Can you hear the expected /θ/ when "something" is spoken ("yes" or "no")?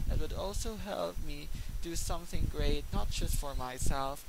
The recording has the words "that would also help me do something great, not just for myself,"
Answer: yes